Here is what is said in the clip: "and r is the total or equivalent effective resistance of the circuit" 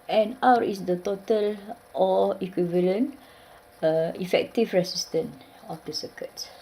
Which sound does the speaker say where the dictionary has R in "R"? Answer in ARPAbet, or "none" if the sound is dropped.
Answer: W